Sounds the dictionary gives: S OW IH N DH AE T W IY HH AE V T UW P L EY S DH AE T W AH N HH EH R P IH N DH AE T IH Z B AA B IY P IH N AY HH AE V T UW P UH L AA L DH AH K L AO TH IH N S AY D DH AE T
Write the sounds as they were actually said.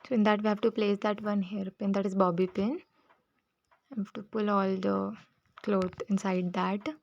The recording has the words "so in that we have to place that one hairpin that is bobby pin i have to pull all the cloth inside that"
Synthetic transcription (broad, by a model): S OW IH N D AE T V IY HH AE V T UW P L EY S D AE T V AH N HH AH R P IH N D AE T IH Z B AA B IY P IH N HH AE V T UW P UH L AA L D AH K L AO T IH N S AY D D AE T